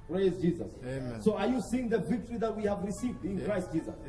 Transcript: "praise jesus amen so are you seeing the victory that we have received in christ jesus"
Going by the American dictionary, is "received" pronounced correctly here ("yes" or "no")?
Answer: yes